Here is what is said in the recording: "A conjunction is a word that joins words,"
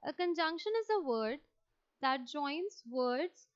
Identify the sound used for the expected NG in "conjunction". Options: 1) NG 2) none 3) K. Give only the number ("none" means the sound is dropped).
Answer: 1